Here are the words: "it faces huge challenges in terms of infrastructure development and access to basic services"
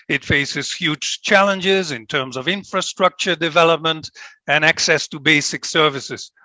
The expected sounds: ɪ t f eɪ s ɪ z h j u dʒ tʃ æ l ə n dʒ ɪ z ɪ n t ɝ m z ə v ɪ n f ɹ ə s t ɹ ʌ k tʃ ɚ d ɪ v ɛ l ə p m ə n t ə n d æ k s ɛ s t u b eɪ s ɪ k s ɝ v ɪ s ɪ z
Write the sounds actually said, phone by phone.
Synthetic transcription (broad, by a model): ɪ t f eɪ s ɪ z h j u dʒ tʃ æ l ə n dʒ ɪ z ɪ n t ɝ m z ə v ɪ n f ɹ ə s t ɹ ʌ k tʃ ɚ d ɪ v ɛ l ə p m ə n t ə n æ k s ɛ s t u b eɪ s ɪ k s ɝ v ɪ s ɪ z